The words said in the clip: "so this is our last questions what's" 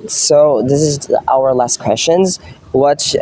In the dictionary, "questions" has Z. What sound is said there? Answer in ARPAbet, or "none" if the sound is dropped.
Z